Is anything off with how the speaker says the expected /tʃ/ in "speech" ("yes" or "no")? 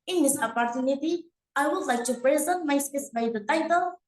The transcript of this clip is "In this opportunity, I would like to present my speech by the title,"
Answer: yes